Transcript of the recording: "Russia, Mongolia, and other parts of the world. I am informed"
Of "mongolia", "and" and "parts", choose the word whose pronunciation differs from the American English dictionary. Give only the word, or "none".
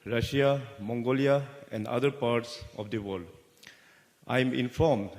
none